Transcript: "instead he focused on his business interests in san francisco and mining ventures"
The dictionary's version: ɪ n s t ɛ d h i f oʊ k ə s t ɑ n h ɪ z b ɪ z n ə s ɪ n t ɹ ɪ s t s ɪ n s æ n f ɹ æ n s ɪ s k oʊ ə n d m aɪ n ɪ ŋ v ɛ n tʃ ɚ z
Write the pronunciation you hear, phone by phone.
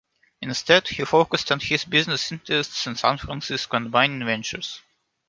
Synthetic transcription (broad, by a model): ɪ n s t ɛ d h i f oʊ k ə s t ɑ n h ɪ z b ɪ z n ə s ɪ n t ɹ ɪ s t s ɪ n s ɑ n f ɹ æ n s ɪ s k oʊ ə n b aɪ n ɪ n v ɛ n tʃ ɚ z